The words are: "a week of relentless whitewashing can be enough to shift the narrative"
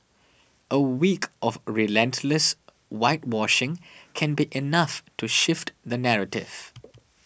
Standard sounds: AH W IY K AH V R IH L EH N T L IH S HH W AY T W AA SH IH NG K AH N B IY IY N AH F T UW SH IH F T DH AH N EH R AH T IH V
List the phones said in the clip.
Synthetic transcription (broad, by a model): AH W IY K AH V R IH L EH N T L IH S W AY T W AA SH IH NG K AH N B IY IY N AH F T UW SH IH F T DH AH N EH R AH T IH V